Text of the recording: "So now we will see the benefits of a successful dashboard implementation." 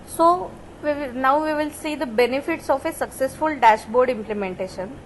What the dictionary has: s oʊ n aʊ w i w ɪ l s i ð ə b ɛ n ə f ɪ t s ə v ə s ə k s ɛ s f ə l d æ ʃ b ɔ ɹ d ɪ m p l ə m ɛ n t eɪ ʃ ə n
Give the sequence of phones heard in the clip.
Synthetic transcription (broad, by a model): s oʊ n aʊ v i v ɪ l s i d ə b ɛ n ə f ɪ t s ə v ə s ə k s ɛ s f ə l d æ ʃ b ɔ ɹ d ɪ m p l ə m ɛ n t eɪ ʃ ə n